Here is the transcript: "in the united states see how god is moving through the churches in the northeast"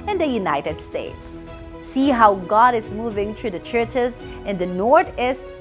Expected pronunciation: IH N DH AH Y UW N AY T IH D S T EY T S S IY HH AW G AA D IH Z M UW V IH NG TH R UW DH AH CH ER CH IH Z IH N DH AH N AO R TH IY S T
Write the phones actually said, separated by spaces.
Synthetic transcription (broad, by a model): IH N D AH Y UW N AY T IH D S T EY T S S IY HH AW G AA D IH Z M UW V IH NG T R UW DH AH CH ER CH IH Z IH N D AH N AO R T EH S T